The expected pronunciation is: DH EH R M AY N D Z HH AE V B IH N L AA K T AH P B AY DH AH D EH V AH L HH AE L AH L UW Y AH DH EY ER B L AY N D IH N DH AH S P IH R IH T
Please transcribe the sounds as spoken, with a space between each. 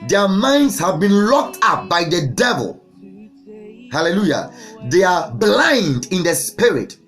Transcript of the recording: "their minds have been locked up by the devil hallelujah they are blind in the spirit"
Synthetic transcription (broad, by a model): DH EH M AY N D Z HH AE V B IH N L AA K T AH P B AY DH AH D EH V AH L HH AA L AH L UW Y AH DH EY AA B L AY N D IH N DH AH S P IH R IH T